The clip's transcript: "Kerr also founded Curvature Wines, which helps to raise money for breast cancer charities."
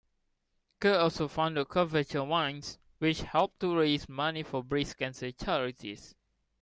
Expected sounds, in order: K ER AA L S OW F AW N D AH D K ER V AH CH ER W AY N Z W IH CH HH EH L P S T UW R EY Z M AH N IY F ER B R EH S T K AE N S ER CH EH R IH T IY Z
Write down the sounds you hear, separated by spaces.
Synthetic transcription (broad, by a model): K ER AA L S OW F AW N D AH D K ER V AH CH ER W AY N S W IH CH HH EH L P T UW R EY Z M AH N IY F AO B R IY S K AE N S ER CH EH R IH T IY S